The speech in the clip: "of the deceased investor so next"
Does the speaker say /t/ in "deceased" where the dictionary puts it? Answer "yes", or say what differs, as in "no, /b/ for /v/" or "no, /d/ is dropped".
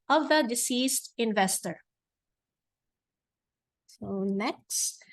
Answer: yes